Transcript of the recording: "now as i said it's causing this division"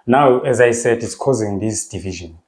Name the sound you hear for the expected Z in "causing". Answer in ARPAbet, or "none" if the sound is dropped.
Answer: Z